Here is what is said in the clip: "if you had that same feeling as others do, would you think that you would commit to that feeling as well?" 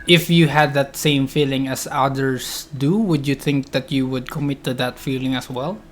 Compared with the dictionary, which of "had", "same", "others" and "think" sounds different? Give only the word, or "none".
others